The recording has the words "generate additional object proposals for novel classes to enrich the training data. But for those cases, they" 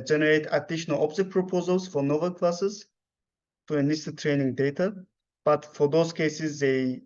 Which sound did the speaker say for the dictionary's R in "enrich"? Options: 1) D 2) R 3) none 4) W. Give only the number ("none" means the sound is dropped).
3